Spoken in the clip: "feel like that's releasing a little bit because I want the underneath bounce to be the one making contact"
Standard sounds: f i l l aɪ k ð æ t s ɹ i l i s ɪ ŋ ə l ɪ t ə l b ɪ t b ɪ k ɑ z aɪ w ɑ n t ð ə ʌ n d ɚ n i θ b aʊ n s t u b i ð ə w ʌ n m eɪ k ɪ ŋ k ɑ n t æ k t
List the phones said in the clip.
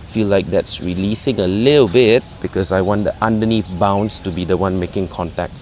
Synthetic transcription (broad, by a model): f i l l aɪ k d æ t s ɹ i l i s ɪ ŋ ə l ɪ t ə l b ɪ t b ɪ k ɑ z aɪ w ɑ n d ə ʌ n d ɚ n i f b aʊ n s t u b i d ə w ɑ n m eɪ k ɪ ŋ k ɑ n t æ k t